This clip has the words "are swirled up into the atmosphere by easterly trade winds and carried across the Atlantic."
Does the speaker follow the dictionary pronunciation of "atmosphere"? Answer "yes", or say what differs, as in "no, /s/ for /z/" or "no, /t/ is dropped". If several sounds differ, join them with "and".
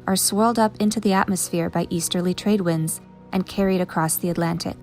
yes